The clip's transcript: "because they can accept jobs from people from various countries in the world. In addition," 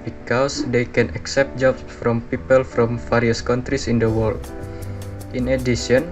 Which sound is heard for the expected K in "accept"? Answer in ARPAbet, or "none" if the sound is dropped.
K